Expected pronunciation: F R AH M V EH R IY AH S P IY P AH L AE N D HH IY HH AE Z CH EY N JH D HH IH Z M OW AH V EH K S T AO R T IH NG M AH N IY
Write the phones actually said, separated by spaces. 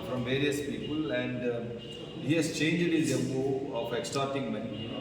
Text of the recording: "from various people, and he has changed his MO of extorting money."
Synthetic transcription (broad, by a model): F R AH M V EH R IY AH S P IY P AH L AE N D HH IY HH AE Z CH EY N JH D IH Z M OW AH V EH K S T AO R T IH NG M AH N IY